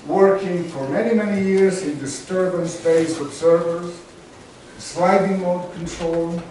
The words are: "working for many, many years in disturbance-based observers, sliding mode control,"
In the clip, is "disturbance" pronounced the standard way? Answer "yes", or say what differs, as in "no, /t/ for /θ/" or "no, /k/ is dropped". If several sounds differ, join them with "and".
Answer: yes